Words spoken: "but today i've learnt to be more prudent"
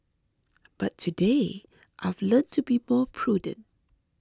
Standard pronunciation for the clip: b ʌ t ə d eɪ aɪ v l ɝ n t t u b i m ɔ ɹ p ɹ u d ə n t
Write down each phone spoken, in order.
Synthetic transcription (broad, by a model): b ʌ t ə d eɪ aɪ v l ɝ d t t u b i m ɔ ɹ p ɹ u d ə n t